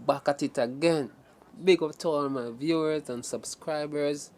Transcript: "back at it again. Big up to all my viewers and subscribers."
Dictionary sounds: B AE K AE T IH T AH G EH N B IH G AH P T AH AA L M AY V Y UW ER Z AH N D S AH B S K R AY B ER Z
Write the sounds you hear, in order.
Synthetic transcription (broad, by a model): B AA K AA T IH T AH G EH N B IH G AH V T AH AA N M AY V Y UW ER Z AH N S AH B S K R AY B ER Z